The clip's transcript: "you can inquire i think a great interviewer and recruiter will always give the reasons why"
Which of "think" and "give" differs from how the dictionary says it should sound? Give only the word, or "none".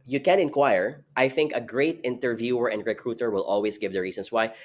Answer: none